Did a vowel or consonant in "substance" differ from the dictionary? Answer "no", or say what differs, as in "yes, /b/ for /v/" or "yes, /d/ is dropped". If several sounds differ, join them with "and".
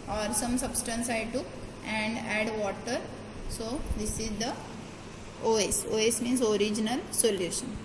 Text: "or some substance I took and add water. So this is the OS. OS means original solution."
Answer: no